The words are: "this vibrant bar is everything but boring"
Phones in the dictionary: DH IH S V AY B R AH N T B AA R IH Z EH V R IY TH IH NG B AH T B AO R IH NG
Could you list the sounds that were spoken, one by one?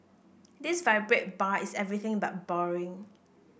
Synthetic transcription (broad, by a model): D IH S V AY B R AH T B AA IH S EH V R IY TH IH NG B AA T B AO R IH NG